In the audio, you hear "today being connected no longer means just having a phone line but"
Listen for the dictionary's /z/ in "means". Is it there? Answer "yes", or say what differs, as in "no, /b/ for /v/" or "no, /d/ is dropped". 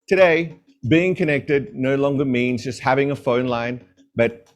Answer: yes